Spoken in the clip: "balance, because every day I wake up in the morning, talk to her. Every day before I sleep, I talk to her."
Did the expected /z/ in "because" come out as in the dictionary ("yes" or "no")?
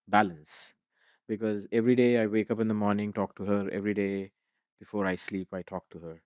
yes